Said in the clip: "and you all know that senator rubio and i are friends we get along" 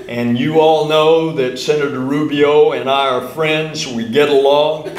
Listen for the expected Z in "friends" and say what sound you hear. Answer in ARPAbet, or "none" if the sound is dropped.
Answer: Z